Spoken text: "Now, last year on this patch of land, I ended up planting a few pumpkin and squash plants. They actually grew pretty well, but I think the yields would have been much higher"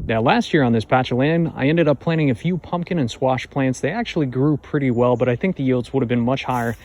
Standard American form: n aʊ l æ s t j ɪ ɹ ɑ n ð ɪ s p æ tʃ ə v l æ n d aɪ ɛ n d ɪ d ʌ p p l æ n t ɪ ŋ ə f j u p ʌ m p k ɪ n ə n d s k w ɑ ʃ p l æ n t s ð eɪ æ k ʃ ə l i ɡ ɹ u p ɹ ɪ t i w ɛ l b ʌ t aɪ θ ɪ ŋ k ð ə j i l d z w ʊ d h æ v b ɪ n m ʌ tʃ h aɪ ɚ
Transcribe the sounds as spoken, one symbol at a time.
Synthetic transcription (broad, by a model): n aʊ l æ s t j ɪ ɹ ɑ n ð ɪ s p æ tʃ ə l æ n aɪ ɛ n d ɪ d ʌ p p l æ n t ɪ ŋ ə f j u p ʌ m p k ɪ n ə n s w ɑ ʃ p l æ n t s ð eɪ æ k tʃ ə l i ɡ ɹ u p ɹ ɪ t i w ɛ l b ʌ t aɪ θ ɪ ŋ k ð ə j i l d z w ʊ d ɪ v b ɪ n m ʌ tʃ h aɪ ɚ